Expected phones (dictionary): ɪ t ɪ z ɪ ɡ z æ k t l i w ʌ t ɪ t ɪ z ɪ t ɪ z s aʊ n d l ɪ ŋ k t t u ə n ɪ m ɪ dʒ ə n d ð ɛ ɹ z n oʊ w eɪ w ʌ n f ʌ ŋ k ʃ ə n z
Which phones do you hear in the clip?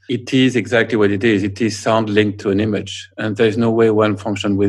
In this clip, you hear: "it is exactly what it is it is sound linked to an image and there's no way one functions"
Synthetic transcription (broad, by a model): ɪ t ɪ z ɪ ɡ z æ k t l i w ʌ t ɪ t ɪ z ɪ t ɪ z s aʊ n d l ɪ ŋ k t t u ə n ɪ m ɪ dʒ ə n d ð ɛ ɹ z n oʊ w eɪ w ʌ n f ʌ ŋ k ʃ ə n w